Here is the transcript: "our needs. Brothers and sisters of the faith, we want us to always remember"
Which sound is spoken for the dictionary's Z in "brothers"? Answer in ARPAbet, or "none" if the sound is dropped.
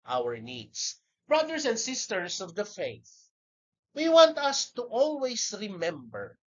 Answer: S